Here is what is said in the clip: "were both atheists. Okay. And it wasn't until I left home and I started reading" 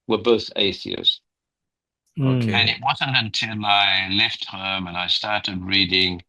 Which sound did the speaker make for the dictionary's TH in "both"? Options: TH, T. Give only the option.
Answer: TH